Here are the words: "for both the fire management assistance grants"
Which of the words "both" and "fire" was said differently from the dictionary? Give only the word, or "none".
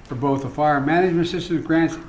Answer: none